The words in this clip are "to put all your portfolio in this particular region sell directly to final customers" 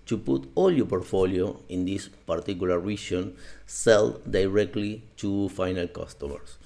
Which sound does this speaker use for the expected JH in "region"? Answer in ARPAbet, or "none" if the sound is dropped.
SH